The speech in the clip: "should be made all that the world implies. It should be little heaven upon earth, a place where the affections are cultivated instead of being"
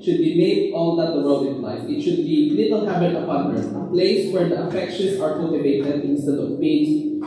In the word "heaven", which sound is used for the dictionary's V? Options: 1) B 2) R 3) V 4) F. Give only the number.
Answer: 1